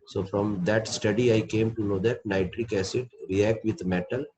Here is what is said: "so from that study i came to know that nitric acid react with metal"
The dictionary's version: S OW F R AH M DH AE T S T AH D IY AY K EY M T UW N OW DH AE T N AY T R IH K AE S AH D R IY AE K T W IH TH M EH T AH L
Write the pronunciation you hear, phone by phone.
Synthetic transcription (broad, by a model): S OW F R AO M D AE T S T AH D IY AY K EY M T UW N OW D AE T N AY T R IH K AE S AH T R IY AE K T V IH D M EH T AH L